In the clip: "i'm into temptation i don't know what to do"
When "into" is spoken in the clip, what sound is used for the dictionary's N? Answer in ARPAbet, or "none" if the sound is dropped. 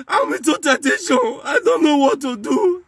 none